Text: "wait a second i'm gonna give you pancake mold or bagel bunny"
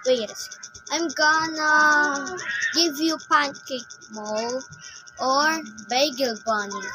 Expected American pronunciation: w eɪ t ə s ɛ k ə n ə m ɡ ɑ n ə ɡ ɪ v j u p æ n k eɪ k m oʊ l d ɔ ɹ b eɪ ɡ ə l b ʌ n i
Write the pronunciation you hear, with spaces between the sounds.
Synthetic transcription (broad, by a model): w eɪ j ə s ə ə m ɡ ɑ n ə ɡ ɪ v j u p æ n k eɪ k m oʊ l ɔ ɹ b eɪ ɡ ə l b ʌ n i